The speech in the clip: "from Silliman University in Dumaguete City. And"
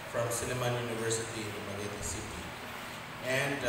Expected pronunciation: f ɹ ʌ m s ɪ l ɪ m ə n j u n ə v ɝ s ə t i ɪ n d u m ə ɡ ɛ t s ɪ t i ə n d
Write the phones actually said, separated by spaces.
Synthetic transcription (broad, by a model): f ɹ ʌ m s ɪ n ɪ m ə j u n ə v ɝ s ə t i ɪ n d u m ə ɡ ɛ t s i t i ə n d